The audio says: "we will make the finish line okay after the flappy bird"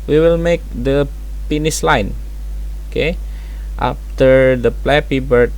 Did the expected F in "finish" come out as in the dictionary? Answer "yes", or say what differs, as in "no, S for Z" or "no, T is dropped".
no, P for F